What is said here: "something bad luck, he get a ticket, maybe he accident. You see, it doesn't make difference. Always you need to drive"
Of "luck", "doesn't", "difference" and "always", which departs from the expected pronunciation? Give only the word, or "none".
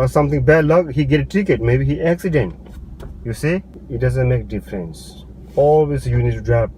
always